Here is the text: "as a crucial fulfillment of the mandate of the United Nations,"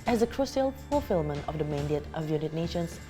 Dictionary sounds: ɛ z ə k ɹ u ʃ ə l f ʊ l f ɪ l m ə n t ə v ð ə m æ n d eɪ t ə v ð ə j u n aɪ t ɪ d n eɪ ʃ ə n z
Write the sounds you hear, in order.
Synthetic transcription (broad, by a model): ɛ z ə k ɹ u s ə l p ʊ f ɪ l m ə n ə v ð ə m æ n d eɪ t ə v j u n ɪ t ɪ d n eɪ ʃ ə n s